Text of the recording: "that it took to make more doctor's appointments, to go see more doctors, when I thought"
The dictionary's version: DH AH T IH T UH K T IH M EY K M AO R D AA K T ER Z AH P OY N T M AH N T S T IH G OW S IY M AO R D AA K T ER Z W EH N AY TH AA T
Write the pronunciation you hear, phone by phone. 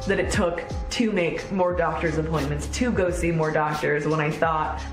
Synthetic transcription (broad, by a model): DH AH T IH T UH K T IH M EY K M AO R D AA K T ER Z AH P OY N M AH N T S T IH G OW S IY M AO R D AA K T ER Z W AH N AY TH AA T